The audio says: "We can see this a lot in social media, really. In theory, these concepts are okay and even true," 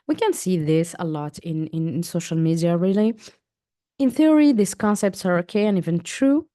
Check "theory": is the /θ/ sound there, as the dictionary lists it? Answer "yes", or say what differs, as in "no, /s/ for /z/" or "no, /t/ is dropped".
yes